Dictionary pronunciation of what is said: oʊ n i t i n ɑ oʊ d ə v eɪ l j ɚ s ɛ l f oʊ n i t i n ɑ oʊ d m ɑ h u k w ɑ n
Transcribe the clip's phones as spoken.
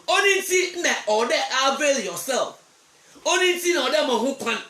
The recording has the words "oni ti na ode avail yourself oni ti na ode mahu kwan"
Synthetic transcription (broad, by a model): oʊ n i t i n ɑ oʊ d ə b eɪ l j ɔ s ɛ l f oʊ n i t i n ɑ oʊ d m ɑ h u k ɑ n